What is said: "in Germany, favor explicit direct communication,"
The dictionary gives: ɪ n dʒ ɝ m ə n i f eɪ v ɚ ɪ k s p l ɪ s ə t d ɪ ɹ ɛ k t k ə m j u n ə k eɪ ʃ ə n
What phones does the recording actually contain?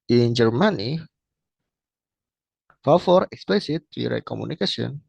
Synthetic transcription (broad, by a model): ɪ n dʒ ɝ m ə n i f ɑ f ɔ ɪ k s p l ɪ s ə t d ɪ ɹ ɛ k k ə m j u n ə k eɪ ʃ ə n